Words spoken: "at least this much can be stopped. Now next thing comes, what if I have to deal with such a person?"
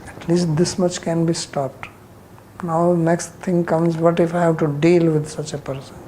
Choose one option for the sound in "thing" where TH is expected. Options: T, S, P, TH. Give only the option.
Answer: T